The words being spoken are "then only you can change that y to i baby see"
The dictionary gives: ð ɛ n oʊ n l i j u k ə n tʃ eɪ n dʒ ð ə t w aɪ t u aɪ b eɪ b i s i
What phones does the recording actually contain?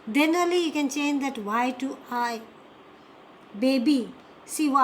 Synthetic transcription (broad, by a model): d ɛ n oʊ l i j u k ə n tʃ eɪ n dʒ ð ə t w aɪ t u aɪ b eɪ b i s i